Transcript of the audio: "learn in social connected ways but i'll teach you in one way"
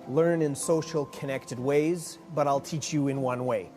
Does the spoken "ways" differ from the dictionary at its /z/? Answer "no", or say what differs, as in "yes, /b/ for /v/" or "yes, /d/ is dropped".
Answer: no